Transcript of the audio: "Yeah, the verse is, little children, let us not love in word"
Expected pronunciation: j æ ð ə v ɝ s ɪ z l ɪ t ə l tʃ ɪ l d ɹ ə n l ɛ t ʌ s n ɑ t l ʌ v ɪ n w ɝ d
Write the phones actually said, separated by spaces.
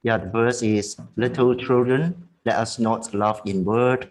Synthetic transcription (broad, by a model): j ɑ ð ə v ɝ s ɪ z l ɪ t ə l tʃ ɪ l d ɹ ə n l ɛ t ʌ s n ɑ t l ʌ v ɪ n w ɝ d